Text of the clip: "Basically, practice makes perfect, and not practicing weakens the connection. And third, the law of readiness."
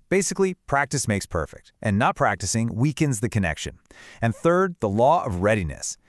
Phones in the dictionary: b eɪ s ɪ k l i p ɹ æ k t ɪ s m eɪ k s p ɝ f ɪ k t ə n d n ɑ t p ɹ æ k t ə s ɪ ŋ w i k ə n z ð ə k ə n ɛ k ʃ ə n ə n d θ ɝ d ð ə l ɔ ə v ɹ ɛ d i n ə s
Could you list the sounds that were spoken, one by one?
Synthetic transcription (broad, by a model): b eɪ s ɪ k l i p ɹ æ k t ɪ s m eɪ k s p ɝ f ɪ k t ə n n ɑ t p ɹ æ k t ə s ɪ ŋ w i k ə n z ð ə k ə n ɛ k ʃ ə n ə n θ ɝ d ð ə l ɔ ə v ɹ ɛ d i n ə s